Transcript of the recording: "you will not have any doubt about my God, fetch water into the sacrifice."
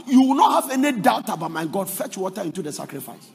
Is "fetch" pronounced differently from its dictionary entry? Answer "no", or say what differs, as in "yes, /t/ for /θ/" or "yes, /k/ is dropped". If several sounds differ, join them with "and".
no